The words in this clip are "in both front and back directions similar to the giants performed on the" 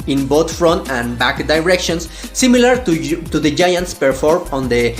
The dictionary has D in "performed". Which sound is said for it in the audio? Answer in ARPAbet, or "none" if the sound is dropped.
none